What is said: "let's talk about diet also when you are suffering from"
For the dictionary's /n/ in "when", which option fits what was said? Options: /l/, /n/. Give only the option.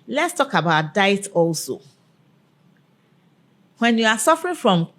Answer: /n/